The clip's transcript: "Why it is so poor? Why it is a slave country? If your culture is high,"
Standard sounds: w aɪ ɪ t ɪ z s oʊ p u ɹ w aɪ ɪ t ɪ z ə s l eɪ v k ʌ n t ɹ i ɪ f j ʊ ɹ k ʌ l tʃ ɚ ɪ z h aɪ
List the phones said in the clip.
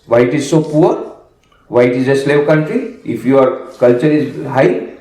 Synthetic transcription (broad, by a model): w aɪ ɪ t ɪ z s oʊ p u ɹ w aɪ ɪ t ɪ z ə s l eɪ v k ʌ n t ɹ i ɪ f j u ɹ k ʌ l tʃ ɚ ɪ z h aɪ